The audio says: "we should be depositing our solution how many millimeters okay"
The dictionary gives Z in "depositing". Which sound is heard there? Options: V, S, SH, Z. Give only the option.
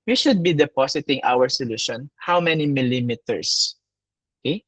S